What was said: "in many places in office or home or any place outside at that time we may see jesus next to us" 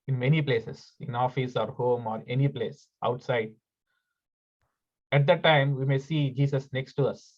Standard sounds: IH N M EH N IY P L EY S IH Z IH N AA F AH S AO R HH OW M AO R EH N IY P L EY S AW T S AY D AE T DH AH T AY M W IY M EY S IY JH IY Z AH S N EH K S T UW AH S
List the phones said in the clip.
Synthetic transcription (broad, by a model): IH N M EH N IY P L EY S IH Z IH N AA F AH S AO R HH OW M AO R EH N IY P L EY S AW T S AY D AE T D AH T AY M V IY M EY S IY JH IY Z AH S N EH K S T UW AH S